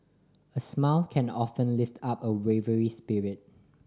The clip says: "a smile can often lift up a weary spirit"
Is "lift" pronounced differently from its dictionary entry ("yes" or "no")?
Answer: no